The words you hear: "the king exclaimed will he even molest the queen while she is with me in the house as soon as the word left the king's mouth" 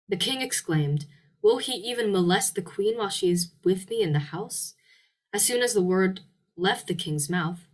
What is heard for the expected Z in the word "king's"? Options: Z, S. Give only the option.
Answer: Z